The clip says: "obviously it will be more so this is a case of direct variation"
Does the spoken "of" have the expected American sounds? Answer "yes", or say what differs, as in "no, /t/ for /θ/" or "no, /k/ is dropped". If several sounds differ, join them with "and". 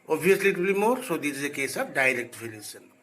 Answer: no, /b/ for /v/